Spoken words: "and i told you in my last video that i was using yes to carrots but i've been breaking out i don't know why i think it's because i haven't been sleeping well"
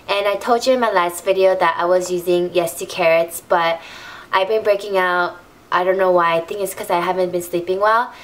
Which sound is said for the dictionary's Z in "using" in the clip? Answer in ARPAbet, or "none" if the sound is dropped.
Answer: Z